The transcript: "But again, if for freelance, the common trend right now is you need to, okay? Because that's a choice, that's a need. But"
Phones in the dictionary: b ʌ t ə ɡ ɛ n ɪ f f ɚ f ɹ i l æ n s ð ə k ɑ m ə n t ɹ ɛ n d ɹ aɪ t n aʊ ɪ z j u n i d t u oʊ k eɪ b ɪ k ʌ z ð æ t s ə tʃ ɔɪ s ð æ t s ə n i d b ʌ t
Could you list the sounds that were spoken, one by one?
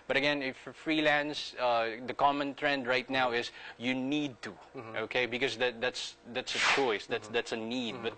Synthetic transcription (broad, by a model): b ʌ t ə ɡ ɛ n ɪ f f ɚ f ɹ i l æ n s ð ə k ɑ m ə n t ɹ ɛ n d ɹ aɪ t n aʊ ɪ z j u n i d t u oʊ k eɪ b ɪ k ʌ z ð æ t s ə tʃ ɔɪ s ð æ t s ə n i d b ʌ t